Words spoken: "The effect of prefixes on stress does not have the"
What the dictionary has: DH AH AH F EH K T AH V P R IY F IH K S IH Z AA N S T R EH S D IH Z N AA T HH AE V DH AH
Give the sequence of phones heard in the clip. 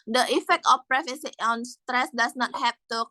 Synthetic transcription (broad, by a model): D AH AH F EH K T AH F P R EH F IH S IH AA N S T R EH S D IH S N AA T HH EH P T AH